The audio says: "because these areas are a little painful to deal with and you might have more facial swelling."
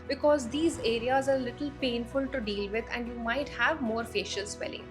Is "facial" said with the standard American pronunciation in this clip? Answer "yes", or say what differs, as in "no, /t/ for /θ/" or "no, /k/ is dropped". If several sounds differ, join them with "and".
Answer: yes